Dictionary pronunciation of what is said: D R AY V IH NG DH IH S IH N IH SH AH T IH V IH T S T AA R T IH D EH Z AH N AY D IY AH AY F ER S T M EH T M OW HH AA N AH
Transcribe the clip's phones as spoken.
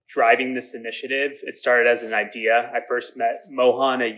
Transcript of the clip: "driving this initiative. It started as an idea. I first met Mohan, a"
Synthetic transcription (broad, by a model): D R AY V IH NG DH IH S IH N IH SH AH T IH V IH T S T AA R T IH D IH Z N AY D IY AH AY F ER S T M EH T M OW HH AA N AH